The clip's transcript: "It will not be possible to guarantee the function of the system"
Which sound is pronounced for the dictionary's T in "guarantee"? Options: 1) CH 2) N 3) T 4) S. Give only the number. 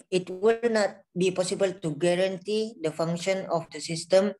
3